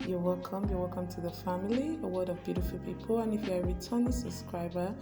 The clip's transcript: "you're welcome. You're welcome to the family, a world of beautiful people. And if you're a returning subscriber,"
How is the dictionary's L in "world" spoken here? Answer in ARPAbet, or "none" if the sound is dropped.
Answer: none